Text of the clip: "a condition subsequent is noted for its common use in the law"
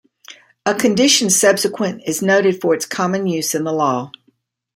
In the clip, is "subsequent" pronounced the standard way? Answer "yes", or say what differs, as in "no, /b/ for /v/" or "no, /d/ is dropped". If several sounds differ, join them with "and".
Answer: no, /t/ is dropped